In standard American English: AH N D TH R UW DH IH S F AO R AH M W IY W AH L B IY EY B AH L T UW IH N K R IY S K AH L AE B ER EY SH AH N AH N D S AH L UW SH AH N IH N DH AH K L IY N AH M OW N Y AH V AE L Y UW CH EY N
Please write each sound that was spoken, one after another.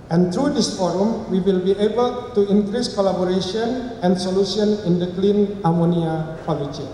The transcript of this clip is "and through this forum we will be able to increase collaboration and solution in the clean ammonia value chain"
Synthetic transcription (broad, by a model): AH N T R UW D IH S F AO R AH M W IY W AH L B IY EY B AH L T UW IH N K R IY S K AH L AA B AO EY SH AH N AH N S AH L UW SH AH N IH N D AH K L IY N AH M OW N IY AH P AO L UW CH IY